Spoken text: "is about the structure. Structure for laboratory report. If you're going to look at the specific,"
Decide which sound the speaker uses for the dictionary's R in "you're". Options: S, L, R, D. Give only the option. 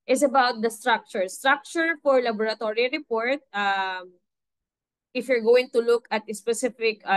R